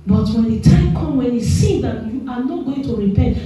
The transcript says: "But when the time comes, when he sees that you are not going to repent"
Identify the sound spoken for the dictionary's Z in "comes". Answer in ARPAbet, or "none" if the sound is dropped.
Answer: none